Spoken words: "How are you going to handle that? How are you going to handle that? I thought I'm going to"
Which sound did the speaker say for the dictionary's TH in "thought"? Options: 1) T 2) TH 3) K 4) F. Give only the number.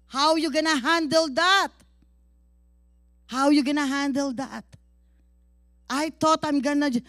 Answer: 1